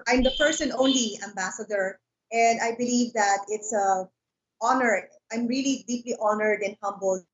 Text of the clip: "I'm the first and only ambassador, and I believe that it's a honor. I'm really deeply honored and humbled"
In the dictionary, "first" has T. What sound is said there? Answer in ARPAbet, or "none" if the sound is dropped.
none